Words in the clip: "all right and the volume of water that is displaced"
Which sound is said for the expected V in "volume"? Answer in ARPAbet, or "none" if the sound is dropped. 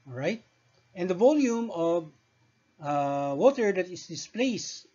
V